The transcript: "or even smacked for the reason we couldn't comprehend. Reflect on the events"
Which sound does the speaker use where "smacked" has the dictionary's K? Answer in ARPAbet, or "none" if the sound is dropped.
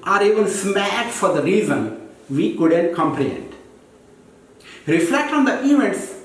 none